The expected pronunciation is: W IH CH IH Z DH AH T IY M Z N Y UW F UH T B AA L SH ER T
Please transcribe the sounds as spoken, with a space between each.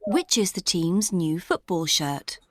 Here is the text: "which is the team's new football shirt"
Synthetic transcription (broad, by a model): W IH CH IH Z DH AH T IY M Z N Y UW F UH T B AA L SH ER T